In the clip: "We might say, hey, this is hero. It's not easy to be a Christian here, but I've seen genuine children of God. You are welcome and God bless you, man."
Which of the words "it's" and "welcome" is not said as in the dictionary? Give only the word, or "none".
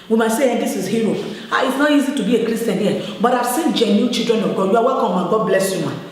welcome